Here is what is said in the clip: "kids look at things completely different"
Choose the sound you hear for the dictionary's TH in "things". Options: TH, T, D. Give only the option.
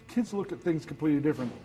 TH